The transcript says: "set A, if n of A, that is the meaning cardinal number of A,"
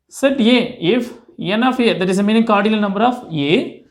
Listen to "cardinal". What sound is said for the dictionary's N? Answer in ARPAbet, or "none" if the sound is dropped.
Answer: L